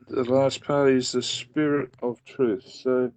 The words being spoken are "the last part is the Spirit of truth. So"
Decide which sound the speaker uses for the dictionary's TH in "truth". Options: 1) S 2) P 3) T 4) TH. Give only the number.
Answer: 4